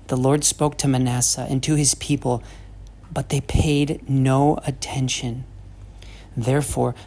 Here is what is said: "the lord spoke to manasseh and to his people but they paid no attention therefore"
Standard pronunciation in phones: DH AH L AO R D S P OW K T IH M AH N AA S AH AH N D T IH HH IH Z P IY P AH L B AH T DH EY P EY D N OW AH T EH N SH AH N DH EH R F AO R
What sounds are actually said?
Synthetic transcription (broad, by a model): DH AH L AO R D S P OW K T IH M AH N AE S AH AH N T IH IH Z P IY P AH L B AH T DH EY P EY D N OW AH T EH N SH AH N DH EH R F AO R